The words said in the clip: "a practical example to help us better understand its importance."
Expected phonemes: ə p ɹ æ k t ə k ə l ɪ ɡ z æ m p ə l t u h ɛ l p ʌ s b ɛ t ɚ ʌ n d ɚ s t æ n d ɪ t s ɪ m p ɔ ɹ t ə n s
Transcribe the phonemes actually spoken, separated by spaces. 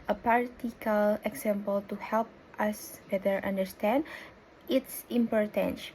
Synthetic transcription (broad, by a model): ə p ɑ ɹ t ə k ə l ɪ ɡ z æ m p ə l t u h ɛ l p ʌ s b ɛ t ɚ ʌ n d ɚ s t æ n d ɪ t s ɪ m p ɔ ɹ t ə n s